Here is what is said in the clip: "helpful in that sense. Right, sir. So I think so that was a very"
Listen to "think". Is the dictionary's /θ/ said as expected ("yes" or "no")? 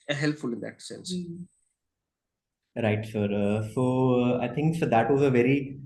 no